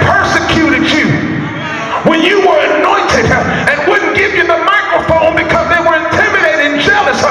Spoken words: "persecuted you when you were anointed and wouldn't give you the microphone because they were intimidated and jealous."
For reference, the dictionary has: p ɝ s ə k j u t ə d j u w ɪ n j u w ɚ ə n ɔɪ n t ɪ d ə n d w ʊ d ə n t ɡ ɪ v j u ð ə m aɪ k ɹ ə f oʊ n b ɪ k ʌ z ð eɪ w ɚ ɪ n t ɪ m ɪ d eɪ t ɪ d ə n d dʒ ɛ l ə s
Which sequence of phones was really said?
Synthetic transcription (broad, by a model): p ɝ s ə k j u t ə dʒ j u w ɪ n j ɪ w ɚ ə n ɔɪ n t ɪ d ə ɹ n w ʊ d n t ɡ ɪ v j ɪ ð ə m aɪ k ɹ ə f oʊ n b ɪ k ʌ z ð eɪ w ɚ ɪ n t ɪ m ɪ d eɪ ɪ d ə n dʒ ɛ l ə s